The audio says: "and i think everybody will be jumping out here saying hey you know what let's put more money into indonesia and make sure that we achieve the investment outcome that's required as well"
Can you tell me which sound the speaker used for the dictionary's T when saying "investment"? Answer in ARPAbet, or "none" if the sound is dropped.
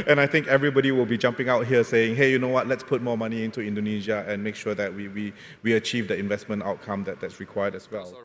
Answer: T